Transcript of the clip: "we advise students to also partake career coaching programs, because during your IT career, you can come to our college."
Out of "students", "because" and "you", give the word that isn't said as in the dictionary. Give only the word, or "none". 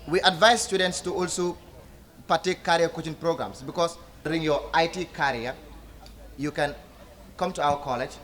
because